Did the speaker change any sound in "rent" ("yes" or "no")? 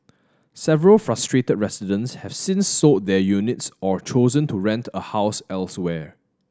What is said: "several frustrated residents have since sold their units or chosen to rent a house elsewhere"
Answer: no